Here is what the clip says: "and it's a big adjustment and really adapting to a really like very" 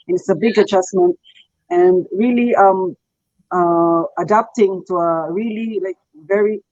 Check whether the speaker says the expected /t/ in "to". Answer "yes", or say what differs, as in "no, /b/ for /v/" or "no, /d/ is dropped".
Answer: yes